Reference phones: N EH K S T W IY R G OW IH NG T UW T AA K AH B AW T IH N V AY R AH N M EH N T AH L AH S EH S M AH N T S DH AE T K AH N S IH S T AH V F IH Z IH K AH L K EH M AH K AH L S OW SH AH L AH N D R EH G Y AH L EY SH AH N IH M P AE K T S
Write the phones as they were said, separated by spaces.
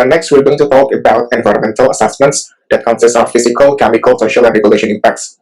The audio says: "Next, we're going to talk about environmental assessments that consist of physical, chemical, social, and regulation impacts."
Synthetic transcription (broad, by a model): N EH K S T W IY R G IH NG T UW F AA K AH B AW T IH N V AY R AH N M EH N T AH L AH S EH S M AH N T S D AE T K AH N S IH S T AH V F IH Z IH K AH L K EH M AH K AH L S OW SH AH L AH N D R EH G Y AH L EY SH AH N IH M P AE K T S